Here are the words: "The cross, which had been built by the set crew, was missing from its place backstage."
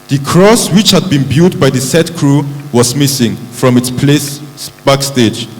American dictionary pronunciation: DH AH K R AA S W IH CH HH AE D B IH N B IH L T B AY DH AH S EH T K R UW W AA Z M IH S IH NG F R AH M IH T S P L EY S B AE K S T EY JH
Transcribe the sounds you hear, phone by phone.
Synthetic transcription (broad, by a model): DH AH K R AA S W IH CH HH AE D B IH N B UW T B AY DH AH S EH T K R UW W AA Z M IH S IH NG F R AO M IH T S P L EY S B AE K S T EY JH